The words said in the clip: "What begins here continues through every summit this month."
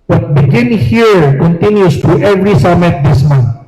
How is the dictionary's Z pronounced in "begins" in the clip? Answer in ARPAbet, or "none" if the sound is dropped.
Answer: none